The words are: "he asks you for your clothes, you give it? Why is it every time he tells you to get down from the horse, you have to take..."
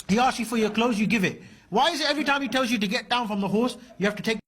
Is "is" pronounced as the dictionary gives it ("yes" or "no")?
yes